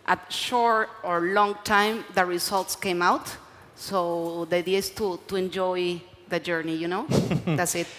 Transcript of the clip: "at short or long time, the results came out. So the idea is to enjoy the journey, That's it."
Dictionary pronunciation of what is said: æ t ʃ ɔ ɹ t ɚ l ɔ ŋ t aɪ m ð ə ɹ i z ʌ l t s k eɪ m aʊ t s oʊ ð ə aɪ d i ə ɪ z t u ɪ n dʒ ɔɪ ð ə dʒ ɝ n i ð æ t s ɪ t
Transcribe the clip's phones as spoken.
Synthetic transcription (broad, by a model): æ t ʃ ɔ ɹ t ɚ l ɔ ŋ t aɪ m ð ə ɹ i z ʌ l t s k eɪ m aʊ t s oʊ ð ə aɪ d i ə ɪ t t u ɪ n dʒ ɔɪ ð ə dʒ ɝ n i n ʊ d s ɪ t